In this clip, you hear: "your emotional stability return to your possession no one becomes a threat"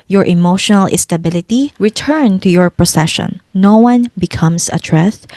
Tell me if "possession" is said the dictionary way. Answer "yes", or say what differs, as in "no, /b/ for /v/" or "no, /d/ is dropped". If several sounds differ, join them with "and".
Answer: no, /s/ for /z/